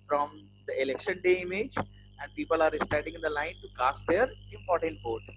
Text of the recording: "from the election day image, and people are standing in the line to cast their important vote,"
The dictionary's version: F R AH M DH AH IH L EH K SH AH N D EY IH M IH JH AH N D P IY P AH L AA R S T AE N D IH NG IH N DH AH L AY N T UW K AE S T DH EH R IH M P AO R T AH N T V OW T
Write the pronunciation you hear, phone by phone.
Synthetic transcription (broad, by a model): F R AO M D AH IH L EH K SH AH N D EY IH M IH JH AH N D P IY P AH L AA R S T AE D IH NG IH N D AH L AY N T UW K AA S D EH R IH M P AO R T AH N T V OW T